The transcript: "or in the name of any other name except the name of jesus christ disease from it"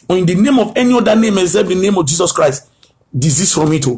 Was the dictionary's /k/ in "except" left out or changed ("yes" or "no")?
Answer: yes